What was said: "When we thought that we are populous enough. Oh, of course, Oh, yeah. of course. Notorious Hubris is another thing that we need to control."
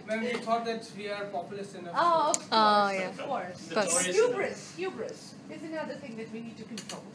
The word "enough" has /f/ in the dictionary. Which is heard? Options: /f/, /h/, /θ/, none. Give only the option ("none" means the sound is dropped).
none